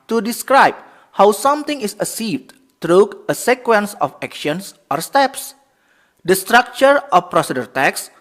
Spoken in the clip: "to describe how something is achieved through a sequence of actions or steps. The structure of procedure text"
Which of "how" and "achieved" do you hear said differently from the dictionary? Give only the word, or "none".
achieved